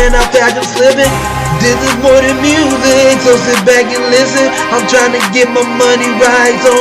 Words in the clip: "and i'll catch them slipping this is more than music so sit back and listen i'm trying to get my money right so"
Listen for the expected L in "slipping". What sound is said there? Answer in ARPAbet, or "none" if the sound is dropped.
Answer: L